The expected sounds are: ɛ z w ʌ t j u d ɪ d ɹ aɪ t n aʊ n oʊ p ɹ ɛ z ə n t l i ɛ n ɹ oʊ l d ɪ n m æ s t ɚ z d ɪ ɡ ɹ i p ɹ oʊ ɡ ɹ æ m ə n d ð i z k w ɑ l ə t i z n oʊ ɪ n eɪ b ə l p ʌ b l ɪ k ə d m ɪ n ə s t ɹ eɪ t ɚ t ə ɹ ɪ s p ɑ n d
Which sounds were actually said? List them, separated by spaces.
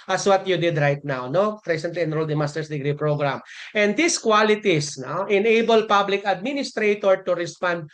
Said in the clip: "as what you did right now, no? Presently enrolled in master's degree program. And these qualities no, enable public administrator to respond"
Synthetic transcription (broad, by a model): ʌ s w ʌ t j u d ɪ d ɹ aɪ t n aʊ n oʊ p ɹ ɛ s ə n t l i ɛ n ɹ oʊ l d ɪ m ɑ s t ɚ s d ɪ ɡ ɹ i p ɹ oʊ ɡ ɹ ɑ m ə n d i s k w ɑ l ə t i s n oʊ ɪ n eɪ b ə l p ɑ b l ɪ k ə d m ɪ n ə s t ɹ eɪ t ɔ t ə ɹ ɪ s p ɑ n d